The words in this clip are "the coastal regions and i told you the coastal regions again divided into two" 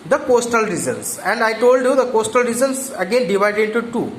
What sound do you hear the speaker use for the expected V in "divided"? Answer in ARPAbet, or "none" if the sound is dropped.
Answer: V